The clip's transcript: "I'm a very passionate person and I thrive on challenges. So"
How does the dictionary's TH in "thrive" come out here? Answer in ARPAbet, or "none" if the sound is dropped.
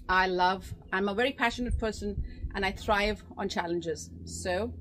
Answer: TH